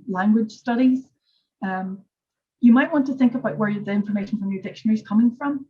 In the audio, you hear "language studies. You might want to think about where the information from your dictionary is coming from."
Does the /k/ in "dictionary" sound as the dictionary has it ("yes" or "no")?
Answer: yes